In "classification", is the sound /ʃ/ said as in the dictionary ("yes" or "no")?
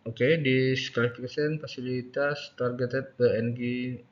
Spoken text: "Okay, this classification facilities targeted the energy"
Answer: no